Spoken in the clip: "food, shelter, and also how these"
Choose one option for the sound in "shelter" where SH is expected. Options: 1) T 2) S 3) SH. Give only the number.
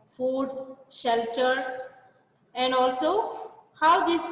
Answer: 3